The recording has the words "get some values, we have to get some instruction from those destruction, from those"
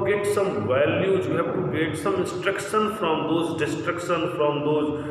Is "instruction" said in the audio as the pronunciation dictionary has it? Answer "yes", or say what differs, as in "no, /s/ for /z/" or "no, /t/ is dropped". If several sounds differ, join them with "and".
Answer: yes